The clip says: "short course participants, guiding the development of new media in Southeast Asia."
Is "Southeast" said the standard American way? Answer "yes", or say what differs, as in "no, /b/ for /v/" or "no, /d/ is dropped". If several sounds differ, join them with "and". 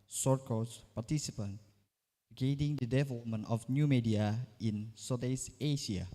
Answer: no, /t/ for /θ/